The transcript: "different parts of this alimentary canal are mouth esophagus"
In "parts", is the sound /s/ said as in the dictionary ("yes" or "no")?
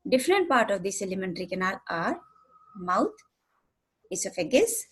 no